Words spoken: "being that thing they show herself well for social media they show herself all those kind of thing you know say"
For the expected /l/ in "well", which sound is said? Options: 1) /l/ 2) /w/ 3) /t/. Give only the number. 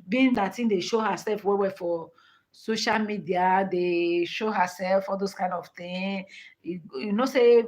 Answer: 2